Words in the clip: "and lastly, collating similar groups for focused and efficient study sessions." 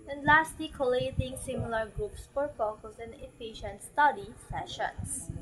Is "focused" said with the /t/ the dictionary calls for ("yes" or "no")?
no